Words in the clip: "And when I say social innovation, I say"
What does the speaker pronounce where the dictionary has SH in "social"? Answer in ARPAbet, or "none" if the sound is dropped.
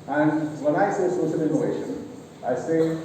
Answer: S